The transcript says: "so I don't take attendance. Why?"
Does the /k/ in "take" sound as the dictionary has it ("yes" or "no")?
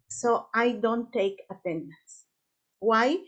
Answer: yes